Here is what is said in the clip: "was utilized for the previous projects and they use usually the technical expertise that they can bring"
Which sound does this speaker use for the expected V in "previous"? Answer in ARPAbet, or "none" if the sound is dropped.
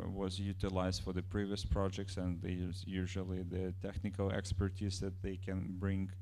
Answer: V